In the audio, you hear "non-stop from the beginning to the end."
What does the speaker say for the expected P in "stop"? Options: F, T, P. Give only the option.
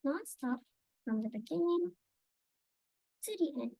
F